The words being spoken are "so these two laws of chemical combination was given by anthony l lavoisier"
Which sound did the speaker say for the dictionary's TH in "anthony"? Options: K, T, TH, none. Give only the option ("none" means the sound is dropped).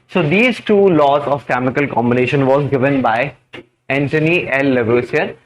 T